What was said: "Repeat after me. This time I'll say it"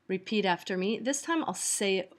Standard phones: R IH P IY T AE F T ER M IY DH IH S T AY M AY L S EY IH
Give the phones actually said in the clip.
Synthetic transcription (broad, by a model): R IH P IY T AE F T ER M IY DH IH S T AY M AY L S EY IH